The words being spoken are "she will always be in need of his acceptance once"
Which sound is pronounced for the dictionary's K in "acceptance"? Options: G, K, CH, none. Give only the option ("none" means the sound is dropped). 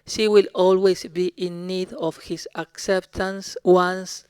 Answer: K